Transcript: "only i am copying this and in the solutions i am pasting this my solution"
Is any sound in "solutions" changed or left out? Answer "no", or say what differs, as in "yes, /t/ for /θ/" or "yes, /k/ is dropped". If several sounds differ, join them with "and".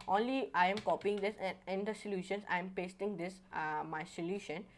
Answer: yes, /s/ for /z/